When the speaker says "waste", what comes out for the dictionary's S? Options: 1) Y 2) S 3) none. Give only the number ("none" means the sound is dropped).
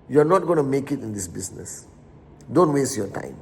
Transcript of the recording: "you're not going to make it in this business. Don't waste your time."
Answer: 2